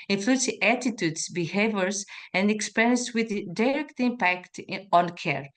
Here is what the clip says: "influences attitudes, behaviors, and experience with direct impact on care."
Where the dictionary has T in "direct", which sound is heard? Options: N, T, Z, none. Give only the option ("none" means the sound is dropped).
T